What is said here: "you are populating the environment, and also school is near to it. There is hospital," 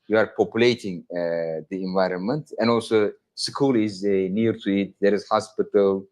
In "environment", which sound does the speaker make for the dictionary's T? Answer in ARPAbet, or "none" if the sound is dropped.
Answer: T